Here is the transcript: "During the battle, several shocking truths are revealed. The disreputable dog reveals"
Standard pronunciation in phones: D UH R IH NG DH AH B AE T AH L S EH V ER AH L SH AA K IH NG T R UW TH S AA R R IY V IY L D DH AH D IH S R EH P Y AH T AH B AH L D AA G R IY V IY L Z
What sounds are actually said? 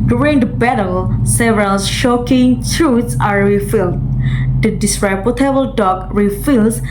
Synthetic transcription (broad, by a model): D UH R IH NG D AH B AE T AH L S EH V ER AH L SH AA K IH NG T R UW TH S AA R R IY F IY L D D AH D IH S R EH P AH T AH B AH L D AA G R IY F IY L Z